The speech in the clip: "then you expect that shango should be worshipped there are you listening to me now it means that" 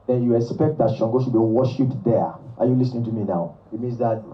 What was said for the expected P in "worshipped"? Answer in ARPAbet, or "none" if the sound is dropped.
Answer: none